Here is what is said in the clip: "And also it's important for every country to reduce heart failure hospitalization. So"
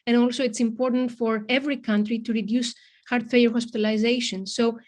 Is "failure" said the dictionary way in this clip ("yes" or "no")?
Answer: no